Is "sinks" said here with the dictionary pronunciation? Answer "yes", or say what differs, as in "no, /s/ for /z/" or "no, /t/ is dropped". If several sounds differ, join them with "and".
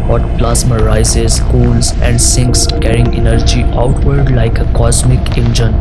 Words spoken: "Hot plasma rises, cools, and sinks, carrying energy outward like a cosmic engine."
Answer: yes